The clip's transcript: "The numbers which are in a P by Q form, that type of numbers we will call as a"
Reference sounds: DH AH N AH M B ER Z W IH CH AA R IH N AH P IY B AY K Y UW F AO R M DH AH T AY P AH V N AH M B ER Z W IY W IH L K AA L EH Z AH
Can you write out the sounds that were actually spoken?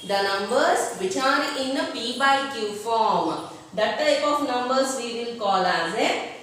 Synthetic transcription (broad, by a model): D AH N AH M B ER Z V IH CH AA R IH N AH P IY B AY K Y UW F AO R M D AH T AY P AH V N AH M B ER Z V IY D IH N K AA L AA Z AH